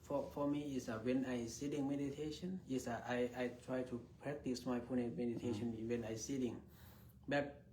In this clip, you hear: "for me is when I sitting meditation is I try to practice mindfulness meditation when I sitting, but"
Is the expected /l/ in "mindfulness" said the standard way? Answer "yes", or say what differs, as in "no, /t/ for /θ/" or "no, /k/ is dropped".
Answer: no, /l/ is dropped